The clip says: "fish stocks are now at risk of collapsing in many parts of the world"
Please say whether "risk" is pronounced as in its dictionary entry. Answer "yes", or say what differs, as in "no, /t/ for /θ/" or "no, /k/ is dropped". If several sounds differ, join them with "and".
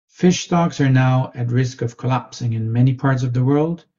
yes